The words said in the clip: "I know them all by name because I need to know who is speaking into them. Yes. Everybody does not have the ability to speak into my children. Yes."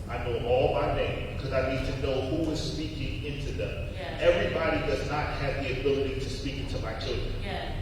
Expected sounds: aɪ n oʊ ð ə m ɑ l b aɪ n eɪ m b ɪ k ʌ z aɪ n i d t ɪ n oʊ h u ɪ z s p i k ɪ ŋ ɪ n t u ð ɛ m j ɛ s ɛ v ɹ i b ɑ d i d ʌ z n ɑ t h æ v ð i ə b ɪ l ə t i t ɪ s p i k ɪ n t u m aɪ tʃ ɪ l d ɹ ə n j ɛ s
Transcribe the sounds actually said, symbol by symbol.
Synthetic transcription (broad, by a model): aɪ n oʊ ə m ɑ l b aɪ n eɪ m b ɪ k ʌ z aɪ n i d t ɪ n oʊ h u ɪ z s p i k ɪ ŋ ɪ n t u ð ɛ m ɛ ɛ v ɹ i b ɑ d i d ʌ z n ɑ t h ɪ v ð i ə b ɪ l ə t i t ɪ s p i k ɪ n t u m aɪ tʃ ɪ l d ɹ ə n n